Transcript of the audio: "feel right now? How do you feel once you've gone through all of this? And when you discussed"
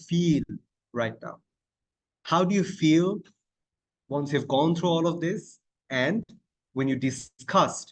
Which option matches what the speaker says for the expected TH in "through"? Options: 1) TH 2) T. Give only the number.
2